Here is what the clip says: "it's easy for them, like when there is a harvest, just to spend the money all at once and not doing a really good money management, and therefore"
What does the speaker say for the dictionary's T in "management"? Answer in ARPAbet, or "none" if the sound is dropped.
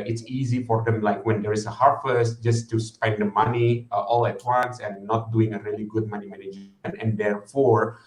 none